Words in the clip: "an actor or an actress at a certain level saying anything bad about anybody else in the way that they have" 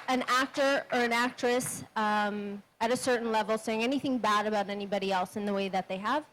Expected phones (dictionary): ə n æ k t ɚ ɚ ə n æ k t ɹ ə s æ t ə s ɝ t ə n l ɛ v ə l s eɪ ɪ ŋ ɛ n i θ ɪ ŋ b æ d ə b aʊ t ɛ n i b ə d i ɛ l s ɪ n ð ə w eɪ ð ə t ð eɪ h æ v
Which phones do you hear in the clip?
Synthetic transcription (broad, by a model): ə n æ k t ɚ ɚ ə n æ k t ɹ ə s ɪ t ə s ɝ t n l ɛ v l s eɪ ɪ ŋ ɛ n i θ ɪ ŋ b æ d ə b aʊ t ɛ n i b ə d i ɛ l s ɪ n ð ə w eɪ ð ə t ð eɪ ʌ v